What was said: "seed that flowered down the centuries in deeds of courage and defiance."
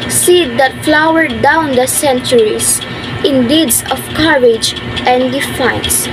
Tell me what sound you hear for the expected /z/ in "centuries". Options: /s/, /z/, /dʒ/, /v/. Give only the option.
/s/